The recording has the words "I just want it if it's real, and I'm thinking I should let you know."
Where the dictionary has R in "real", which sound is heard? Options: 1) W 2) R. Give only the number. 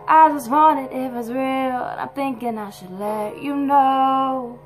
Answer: 2